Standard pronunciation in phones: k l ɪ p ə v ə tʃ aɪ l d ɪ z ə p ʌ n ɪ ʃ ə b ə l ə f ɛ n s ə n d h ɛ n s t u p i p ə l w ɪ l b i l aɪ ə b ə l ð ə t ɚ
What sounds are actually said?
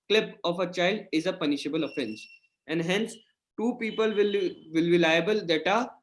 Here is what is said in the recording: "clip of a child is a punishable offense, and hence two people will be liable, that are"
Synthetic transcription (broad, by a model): k l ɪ p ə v ə tʃ aɪ l d ɪ z ə p ʌ n ɪ ʃ ə b ə l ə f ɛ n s ə n d h ɛ n s t u p i p ə l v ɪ l b i l aɪ ə b ə l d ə t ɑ